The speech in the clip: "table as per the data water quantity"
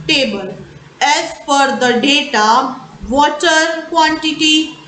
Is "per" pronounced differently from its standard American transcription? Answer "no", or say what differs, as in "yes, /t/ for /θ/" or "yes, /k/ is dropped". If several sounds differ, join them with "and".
yes, /f/ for /p/